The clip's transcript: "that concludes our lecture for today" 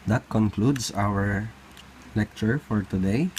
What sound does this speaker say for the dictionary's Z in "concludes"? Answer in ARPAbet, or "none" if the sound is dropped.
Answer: S